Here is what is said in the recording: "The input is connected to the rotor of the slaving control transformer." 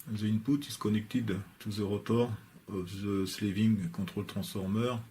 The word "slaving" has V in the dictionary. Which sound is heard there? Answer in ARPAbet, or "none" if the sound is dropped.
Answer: V